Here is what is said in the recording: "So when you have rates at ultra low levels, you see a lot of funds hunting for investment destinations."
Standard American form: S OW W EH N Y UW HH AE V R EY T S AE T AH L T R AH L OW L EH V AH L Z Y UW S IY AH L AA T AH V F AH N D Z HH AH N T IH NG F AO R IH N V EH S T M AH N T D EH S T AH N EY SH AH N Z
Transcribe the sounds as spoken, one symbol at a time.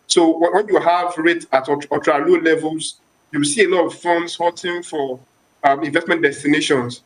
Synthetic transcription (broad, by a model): S OW W EH N Y UW HH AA V R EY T AA T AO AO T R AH L OW L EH V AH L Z Y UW S IY AH L AA T AH V F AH N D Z HH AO T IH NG F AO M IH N V EH S T M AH N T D EH S T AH N EY SH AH N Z